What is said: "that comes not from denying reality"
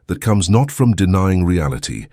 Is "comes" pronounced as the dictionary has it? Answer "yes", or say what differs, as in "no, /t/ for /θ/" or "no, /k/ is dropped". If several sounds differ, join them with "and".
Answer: yes